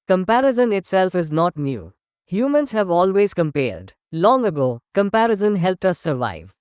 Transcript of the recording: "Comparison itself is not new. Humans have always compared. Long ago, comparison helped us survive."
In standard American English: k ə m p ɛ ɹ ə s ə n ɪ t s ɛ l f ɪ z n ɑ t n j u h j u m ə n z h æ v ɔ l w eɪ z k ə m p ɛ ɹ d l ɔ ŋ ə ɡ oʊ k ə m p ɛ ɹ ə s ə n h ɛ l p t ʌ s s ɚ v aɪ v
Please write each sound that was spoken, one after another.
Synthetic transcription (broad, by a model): k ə m p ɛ ɹ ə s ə n ɪ t s ɛ l f ɪ z n ɑ t n j u h j u m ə n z h æ v ɔ l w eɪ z k ə m p ɛ ɹ d l ɔ ŋ ə ɡ oʊ k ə m p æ ɹ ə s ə n h ɛ l p t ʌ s s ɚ v aɪ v